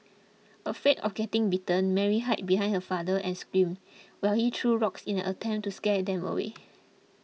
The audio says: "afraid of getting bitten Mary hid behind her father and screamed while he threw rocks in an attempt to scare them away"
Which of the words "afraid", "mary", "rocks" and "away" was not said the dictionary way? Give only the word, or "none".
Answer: afraid